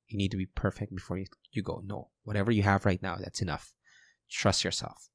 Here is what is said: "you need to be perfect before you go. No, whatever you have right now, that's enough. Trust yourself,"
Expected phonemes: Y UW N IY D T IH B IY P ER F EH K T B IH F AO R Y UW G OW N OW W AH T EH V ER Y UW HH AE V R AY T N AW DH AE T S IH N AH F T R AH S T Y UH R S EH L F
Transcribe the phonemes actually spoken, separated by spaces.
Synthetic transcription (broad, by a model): Y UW N IY D T IH B IY P ER F EH K T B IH F AO R Y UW G OW N OW W AH T EH V ER Y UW HH AE V R AY T N AW DH AE T S IH N AH F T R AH S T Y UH R S EH L F